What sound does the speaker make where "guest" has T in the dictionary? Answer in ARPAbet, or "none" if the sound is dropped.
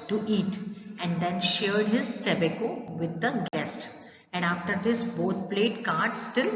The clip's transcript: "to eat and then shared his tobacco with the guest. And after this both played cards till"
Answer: T